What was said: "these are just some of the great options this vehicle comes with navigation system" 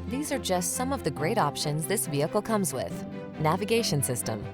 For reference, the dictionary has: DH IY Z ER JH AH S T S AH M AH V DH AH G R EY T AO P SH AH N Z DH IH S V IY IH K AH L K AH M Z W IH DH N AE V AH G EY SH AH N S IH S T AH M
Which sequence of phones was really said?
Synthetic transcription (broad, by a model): DH IY Z ER JH AH S T S AH M AH V DH AH G R EY T AO P SH AH N Z DH IH S V IY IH K L K AH M Z W IH DH N AE V AH G EY SH AH N S IH S T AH M